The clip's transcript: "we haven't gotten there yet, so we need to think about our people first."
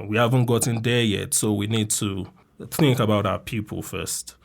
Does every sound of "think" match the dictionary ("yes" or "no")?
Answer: yes